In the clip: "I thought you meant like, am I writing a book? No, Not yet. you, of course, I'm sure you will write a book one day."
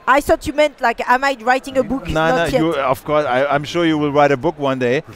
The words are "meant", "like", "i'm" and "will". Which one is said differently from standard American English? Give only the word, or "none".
none